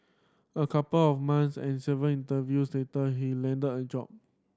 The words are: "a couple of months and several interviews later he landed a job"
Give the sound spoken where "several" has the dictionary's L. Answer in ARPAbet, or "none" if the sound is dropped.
N